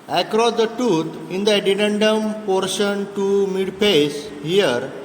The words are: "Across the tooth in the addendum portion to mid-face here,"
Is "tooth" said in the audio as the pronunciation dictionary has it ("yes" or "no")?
no